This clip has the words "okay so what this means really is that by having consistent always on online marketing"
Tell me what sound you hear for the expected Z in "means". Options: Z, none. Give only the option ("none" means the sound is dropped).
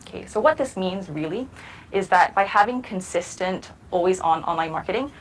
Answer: Z